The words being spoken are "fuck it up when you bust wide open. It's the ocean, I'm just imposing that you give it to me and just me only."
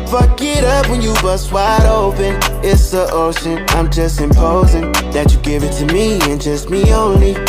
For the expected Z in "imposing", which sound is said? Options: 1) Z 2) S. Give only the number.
1